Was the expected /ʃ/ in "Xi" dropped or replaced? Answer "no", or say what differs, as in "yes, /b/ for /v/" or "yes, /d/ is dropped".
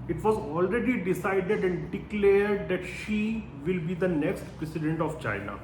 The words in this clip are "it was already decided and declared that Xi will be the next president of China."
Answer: no